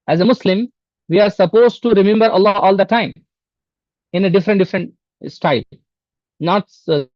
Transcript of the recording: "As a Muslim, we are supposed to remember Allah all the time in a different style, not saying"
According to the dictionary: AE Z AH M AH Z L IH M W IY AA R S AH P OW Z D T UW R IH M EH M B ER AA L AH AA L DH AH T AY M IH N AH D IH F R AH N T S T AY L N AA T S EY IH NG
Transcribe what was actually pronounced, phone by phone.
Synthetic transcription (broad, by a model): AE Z AH M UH S L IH M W IY AA R S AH P OW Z T UW R IH M EH M B ER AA L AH AA L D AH T AY M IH N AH D IH F R AH N T S T AY L N AA T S